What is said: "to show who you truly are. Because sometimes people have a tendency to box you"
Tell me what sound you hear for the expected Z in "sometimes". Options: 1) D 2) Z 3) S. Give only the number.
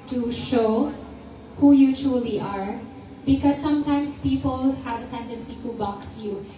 3